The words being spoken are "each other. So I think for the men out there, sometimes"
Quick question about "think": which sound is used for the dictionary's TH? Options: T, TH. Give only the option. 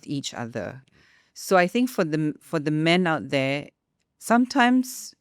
TH